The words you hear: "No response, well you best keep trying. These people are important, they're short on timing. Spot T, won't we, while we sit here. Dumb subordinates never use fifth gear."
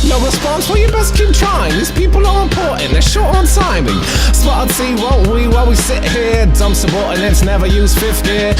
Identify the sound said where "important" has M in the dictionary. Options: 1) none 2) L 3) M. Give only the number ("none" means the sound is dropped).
1